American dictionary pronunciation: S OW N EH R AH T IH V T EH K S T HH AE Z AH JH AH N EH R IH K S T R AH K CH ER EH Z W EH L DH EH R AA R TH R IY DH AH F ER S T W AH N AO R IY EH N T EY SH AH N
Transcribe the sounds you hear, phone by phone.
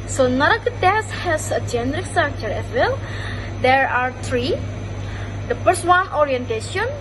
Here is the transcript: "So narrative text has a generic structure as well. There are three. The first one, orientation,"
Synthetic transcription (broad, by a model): S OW N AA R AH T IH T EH S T HH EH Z AH JH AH N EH R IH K S T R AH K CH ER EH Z W EH L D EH R AA R T R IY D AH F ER S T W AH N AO R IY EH N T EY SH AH N